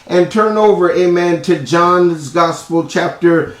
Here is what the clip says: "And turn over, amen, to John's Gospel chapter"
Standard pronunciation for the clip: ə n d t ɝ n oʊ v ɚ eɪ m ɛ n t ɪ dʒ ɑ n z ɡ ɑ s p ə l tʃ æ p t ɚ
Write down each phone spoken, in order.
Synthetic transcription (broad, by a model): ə n t ɝ n oʊ v ɚ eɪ m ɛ n t ɪ dʒ ɑ n z ɡ ɑ s p l tʃ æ p t ɚ